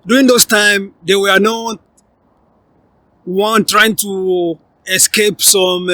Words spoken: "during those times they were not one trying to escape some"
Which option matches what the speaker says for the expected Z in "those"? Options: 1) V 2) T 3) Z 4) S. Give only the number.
4